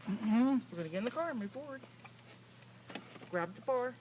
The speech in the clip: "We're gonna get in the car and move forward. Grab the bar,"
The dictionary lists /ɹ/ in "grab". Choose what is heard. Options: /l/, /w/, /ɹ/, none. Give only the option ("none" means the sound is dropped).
/ɹ/